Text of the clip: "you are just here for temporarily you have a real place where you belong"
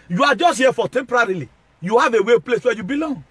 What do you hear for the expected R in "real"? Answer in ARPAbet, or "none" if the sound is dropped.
W